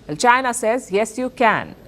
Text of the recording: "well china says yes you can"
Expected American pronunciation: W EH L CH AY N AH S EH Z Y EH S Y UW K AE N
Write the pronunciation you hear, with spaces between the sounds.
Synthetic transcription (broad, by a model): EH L CH AY N AH S EH Z Y EH S Y UW K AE N